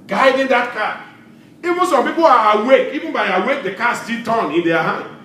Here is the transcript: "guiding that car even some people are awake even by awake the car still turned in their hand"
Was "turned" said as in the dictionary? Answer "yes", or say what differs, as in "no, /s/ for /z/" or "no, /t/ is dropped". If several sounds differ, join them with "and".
no, /d/ is dropped